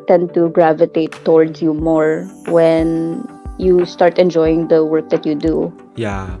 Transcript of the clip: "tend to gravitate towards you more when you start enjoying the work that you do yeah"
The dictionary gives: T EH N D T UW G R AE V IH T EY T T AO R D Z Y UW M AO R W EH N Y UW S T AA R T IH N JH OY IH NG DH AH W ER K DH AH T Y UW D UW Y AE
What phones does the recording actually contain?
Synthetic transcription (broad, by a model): T EH N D T UW G R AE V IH T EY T T AO R D S Y UW M AO R W EH N Y UW S T AA R T IH N JH OY IH NG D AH W ER K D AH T Y UW D UW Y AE